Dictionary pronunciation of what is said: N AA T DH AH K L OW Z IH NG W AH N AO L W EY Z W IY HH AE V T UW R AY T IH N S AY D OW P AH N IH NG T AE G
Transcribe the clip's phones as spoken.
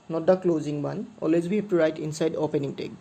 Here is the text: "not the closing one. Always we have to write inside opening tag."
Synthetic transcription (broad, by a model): N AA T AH K L OW Z IH NG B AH N AO L W EY Z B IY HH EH P T UW R AY T IH N S AY D OW P AH N IH NG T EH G